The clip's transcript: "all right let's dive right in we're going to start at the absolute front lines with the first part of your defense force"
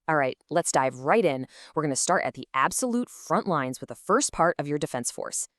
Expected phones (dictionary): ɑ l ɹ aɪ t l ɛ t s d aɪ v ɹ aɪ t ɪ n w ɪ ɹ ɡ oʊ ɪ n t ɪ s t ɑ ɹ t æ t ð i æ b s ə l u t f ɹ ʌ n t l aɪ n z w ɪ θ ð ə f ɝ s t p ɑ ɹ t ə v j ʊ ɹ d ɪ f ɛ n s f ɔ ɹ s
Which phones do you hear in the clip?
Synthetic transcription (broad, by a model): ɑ l ɹ aɪ t l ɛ t s d aɪ v ɹ aɪ t ɪ n w ɪ ɹ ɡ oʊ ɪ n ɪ s t ɑ ɹ t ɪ t ð i æ b s ə l u t f ɹ ʌ n t l aɪ n z w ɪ ð ə f ɝ s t p ɑ ɹ t ə v j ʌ ɹ d ɪ f ɛ n s f ɔ ɹ s